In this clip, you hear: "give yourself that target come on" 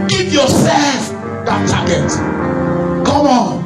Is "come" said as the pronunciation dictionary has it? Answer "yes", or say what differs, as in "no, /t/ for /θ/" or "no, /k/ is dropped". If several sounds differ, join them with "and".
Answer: no, /m/ is dropped